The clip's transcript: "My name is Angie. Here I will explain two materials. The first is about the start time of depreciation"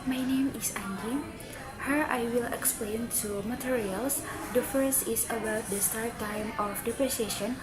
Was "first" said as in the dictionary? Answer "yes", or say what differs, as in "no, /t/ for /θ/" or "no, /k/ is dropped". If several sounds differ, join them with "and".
no, /t/ is dropped